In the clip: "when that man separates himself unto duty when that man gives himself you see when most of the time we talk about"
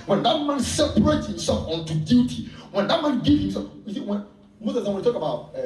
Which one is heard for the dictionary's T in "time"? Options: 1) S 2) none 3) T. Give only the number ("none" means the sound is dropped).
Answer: 1